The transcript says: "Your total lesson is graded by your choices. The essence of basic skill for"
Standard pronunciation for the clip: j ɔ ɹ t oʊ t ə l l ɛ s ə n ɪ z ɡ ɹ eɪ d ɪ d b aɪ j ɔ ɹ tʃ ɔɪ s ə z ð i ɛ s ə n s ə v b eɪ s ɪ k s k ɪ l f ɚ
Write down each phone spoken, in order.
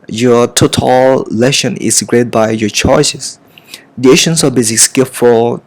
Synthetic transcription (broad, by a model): j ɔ t oʊ t ə l l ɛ ʃ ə n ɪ s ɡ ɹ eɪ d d b aɪ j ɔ tʃ ɔɪ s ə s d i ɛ ʃ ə n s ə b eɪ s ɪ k s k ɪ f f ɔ